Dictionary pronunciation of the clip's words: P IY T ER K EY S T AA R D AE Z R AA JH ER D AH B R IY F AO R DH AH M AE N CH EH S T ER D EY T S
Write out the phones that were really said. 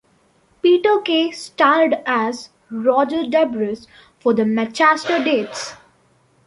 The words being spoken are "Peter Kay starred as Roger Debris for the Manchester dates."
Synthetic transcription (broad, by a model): P IY T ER K EY S T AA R D AE Z R AA JH ER D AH B R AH F AO R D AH M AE CH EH S T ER D EY T S